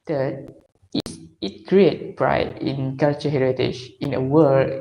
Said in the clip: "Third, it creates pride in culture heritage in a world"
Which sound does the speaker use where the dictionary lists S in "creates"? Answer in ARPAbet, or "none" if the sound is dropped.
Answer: none